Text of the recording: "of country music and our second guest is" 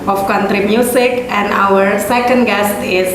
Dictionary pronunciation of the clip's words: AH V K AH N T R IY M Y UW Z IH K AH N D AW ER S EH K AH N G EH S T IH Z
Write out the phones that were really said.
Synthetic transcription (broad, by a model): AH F K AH N T R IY M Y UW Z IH K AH N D AW ER S EH K AH N G EH S T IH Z